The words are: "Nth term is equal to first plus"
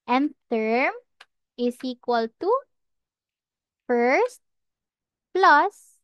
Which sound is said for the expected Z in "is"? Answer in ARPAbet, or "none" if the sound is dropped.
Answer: S